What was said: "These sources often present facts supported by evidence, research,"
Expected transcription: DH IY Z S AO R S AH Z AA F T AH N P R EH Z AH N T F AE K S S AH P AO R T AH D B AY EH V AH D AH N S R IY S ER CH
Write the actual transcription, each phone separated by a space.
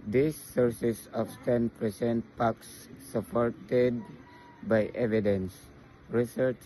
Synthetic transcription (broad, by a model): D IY S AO R S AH S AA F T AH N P R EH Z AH N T P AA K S S AH P AO R T AH D B AY EH V AH D AH N S R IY S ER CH